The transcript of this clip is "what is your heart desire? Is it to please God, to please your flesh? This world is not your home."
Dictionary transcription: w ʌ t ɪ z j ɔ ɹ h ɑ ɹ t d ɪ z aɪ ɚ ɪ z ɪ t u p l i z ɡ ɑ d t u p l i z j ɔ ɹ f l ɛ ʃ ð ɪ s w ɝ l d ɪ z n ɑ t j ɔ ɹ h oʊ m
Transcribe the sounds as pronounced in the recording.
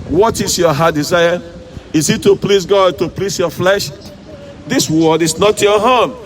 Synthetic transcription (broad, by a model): w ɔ t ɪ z j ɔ h ɑ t d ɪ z aɪ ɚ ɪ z ɪ t u p l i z ɡ ɑ d t u p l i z j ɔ f l ɛ ʃ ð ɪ s w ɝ d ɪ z n ɑ t j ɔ h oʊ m